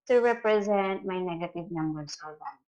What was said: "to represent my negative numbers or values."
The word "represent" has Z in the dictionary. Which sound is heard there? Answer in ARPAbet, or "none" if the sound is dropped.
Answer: Z